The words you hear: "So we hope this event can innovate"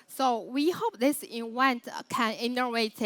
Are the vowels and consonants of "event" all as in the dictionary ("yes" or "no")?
no